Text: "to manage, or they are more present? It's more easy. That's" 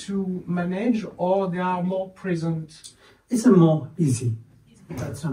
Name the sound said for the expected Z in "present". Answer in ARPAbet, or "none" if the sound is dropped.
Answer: Z